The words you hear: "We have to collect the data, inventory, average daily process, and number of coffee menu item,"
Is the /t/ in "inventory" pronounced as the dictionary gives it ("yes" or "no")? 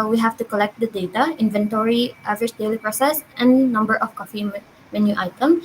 yes